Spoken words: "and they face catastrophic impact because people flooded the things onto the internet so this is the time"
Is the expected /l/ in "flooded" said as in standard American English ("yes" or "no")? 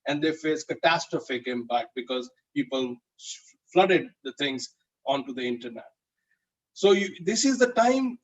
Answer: yes